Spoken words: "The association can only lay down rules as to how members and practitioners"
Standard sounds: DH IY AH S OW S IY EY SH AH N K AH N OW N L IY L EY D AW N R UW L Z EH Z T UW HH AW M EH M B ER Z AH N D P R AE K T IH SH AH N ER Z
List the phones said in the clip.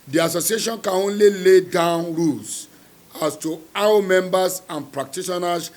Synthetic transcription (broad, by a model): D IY AH S OW S IY EY SH AH N K AH N OW N L IY L EY D AW N R UW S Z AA S T UW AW M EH M B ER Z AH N P R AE K T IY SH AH N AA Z